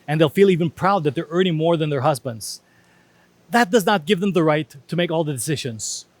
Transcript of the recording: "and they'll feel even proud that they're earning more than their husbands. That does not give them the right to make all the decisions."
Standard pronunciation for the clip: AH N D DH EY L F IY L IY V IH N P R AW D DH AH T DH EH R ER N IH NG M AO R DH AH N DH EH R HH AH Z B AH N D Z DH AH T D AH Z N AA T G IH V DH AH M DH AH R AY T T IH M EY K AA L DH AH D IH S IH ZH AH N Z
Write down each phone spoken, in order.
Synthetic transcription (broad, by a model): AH N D DH EY L F IY L IY V IH N P R AW D DH AH T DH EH R ER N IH NG M AO R DH AH N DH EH R HH AH Z B AH N D Z DH AH T D AH Z N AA T G IH V DH AH M DH AH R AY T T IH M EY K AA L DH AH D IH S IH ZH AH N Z